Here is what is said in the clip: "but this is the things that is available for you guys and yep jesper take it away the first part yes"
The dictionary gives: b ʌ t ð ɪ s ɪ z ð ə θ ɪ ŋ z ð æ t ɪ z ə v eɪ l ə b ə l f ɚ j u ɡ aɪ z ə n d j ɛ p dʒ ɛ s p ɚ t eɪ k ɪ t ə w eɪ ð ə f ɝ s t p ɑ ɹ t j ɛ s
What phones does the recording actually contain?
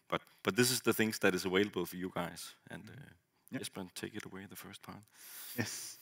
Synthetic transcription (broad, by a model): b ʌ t ð ɪ s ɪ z ð ə θ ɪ ŋ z ð æ t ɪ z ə w eɪ l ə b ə l f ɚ j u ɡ aɪ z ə n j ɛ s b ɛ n t eɪ k ɪ t ə w eɪ ð ə f ɝ s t p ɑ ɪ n